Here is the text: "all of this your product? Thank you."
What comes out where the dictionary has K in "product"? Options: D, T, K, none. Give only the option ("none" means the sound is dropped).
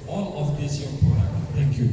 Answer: none